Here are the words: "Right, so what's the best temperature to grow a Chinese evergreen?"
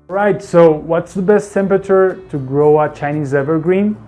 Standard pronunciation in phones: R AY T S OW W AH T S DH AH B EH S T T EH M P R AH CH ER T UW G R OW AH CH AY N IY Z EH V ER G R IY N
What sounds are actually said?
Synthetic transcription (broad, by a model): R AY T S OW W AH T S DH AH B EH S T T EH M P R AH CH ER T UW G R OW AH CH AY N IY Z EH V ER G R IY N